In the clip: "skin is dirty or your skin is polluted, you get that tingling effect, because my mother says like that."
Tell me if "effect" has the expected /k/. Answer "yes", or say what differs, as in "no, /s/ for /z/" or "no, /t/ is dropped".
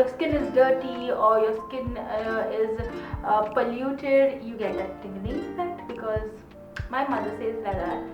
no, /k/ is dropped